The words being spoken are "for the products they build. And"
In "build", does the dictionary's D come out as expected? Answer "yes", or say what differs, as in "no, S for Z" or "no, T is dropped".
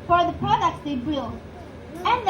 no, D is dropped